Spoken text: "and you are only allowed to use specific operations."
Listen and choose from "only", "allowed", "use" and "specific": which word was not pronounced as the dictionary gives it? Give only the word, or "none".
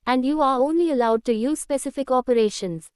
none